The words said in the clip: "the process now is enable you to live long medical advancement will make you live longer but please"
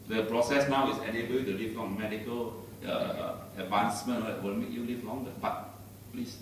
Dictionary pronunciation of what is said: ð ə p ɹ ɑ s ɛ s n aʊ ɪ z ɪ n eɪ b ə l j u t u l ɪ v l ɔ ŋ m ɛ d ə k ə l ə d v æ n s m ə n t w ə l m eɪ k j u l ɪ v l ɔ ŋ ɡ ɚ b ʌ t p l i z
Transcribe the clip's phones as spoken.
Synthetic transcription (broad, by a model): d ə p ɹ ɑ s ɛ s n aʊ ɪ s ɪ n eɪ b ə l t u l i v l ɔ ŋ m ɛ d ə k ə l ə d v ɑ n s m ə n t w ə l m eɪ k j u l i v l ɔ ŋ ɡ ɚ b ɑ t p l i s